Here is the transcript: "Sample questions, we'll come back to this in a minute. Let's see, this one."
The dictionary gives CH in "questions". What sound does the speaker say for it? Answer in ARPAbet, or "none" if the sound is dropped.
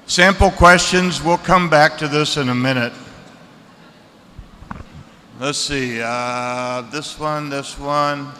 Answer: CH